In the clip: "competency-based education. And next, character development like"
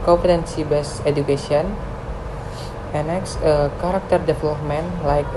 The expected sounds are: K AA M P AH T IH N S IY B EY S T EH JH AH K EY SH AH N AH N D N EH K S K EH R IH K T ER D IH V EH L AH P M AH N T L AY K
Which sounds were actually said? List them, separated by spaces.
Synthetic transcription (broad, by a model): K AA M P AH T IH N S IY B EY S EH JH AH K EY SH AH AH N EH N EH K S K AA R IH K T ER D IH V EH L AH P M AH N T L AY K